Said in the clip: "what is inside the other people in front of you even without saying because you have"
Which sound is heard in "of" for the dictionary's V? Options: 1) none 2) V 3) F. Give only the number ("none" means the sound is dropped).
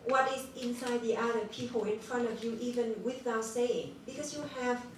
2